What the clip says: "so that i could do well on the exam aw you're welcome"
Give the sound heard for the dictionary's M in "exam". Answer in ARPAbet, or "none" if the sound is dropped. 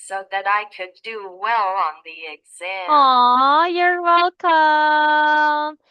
none